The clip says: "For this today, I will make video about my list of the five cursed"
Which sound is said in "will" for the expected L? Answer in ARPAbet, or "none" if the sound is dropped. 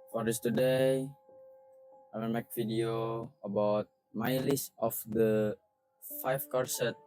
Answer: N